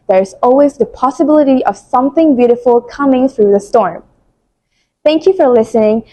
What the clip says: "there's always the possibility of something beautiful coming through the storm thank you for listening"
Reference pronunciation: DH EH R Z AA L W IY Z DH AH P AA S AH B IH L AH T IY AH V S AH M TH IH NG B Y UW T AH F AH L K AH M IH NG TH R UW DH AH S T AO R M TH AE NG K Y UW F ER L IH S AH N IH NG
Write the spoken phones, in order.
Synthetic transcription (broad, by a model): DH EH R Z AA L W IY Z DH AH P AA S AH B IH L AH T IY AH V S AH M TH IH NG B Y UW T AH F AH L K AH M IH NG TH R UW DH AH S T AO R M TH AE NG K Y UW F ER L IH S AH N IH NG